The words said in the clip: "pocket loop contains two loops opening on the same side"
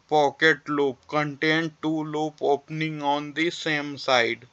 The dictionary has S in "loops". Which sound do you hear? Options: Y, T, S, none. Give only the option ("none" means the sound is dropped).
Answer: none